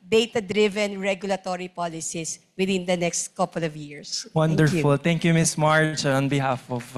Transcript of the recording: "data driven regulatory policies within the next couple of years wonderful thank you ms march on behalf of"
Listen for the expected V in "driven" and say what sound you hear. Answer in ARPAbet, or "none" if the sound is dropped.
V